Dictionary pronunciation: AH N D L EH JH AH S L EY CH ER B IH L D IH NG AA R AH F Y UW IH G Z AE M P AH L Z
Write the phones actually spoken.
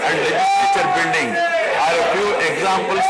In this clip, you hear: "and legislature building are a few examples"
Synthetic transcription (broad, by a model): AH N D L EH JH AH S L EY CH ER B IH N D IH NG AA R AH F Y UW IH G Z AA M P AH L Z